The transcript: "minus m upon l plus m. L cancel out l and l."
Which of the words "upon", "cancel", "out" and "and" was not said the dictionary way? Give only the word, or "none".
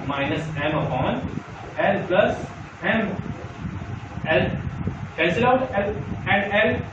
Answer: cancel